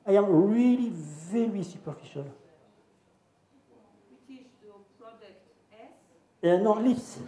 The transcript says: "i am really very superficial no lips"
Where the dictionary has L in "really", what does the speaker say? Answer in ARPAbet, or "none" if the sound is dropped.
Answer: L